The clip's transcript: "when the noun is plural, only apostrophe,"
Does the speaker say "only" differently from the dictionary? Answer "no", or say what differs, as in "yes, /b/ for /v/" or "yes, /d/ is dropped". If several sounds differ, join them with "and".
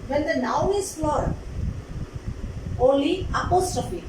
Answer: yes, /n/ is dropped